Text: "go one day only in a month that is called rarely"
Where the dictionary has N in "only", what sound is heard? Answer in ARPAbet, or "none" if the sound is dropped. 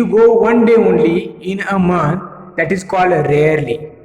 N